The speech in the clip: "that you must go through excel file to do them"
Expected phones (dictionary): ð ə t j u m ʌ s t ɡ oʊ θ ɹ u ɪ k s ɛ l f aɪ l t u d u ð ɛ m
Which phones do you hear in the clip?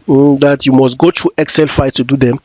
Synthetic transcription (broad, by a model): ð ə t j u m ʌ s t ɡ oʊ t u ɪ k s ɛ l f aɪ t u d u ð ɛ m